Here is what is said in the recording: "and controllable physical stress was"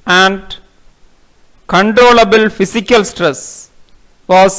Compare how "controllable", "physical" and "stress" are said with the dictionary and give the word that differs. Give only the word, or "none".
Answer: physical